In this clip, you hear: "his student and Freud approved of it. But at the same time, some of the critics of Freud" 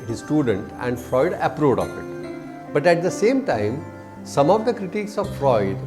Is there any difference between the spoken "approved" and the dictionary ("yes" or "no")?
yes